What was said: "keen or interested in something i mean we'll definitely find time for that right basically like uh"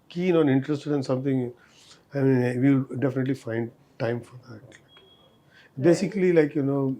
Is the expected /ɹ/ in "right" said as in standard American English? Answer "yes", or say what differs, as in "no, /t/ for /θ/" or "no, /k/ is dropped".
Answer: no, /l/ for /ɹ/